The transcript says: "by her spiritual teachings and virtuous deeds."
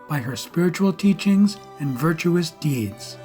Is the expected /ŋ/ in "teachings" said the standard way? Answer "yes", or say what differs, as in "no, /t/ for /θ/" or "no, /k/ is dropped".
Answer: yes